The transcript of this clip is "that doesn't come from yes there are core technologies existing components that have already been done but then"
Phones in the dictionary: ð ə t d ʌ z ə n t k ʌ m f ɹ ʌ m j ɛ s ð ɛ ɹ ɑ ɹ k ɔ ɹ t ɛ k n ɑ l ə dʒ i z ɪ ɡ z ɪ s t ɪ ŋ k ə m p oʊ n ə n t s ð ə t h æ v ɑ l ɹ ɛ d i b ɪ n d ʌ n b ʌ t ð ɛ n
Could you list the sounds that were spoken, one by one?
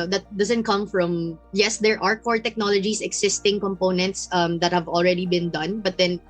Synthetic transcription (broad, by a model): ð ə t d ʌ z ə n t k ʌ m f ɹ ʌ m j ɛ s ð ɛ ɹ ɑ ɹ k ɔ ɹ t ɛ k n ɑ l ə dʒ i s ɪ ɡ s ɪ s t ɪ ŋ k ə m p oʊ n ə n t s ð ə t h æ v ɑ l ɹ ɛ d i b ɪ n d ʌ n b ʌ t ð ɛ n